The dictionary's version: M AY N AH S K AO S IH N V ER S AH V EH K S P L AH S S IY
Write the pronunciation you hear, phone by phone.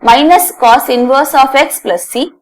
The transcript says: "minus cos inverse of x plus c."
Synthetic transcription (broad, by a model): M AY N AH S K AO S IH N V ER S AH F EH K S P L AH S S IY